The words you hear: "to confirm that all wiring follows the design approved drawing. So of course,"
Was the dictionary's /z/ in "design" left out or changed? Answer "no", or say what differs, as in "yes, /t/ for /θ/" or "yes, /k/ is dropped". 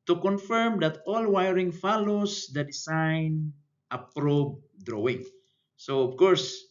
yes, /s/ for /z/